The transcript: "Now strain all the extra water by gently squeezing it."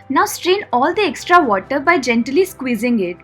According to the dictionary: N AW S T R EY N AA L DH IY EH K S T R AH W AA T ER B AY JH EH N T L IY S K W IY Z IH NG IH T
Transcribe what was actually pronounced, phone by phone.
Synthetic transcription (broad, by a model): N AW S T R EY N AA L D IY EH K S T R AH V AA T ER B AY JH EH N T L IY S K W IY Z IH NG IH T